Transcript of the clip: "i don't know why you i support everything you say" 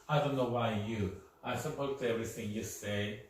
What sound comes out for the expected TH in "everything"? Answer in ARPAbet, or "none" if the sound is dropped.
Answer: TH